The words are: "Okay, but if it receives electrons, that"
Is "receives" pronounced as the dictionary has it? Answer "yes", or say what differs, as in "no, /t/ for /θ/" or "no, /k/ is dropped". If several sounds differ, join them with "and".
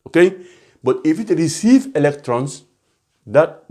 no, /z/ is dropped